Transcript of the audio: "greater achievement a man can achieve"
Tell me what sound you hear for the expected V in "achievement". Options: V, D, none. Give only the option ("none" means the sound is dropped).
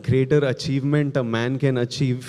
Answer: V